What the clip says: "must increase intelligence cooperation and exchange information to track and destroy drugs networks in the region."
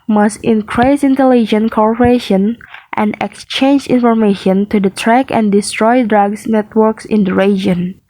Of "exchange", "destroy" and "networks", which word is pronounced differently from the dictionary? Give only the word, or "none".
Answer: none